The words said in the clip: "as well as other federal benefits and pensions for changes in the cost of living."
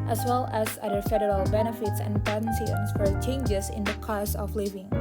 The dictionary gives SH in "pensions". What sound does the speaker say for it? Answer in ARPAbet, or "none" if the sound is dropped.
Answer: S